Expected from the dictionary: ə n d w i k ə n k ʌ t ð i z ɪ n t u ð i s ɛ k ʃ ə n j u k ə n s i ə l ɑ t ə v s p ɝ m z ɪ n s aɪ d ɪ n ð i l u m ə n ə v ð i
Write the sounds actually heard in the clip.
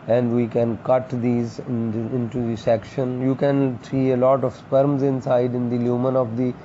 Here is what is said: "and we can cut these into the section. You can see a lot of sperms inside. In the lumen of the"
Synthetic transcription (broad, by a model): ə n d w i k ə n k ʌ t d i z ɪ n t u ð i s ɛ k ʃ ə n j u k ə n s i ə l ɑ t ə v s p ɝ m z ɪ n s aɪ d ɪ n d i l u m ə n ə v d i